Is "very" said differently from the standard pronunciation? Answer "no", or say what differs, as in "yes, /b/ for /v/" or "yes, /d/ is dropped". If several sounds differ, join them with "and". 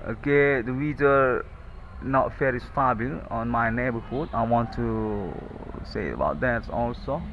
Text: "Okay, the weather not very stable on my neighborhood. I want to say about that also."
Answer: yes, /f/ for /v/